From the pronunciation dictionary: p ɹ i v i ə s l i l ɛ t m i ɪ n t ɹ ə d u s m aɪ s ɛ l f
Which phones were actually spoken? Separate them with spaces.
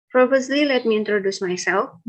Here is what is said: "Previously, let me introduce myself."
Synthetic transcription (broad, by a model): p ɹ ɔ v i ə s l i l ɛ t m i ɪ n t ɹ ə d u s m aɪ s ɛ l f